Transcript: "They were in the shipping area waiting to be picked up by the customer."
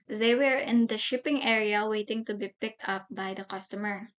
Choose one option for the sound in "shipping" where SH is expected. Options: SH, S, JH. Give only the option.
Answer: SH